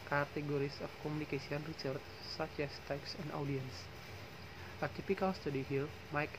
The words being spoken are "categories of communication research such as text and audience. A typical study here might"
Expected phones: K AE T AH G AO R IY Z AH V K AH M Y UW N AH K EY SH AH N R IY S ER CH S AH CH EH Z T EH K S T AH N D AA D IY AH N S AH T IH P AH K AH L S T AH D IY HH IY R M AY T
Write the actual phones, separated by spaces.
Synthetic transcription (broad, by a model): K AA T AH G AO R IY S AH F K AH M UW N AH K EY S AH N R IY S ER CH S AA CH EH S T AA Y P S AH N D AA D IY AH N S AH T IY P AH K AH L S T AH D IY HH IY L M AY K